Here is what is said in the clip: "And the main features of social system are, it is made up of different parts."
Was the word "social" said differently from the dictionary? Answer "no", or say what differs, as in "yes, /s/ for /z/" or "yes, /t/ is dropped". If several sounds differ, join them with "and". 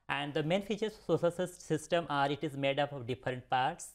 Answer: yes, /s/ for /ʃ/